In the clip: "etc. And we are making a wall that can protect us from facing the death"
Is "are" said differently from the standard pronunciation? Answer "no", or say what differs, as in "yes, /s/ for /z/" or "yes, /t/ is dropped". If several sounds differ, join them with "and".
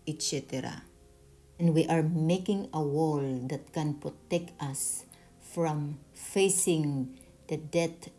no